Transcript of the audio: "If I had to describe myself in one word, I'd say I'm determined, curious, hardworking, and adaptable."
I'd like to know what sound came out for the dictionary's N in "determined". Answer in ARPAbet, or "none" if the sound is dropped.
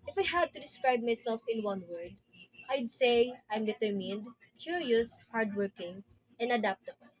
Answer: N